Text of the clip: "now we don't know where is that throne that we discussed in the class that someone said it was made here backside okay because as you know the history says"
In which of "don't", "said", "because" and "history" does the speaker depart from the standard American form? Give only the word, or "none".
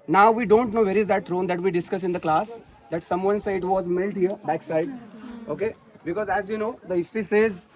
said